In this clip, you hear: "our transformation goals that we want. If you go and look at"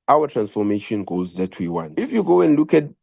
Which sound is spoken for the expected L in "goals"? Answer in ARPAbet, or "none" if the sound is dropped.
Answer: none